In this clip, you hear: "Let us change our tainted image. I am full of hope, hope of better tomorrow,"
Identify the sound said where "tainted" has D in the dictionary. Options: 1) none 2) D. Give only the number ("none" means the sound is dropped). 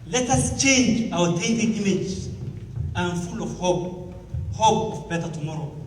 1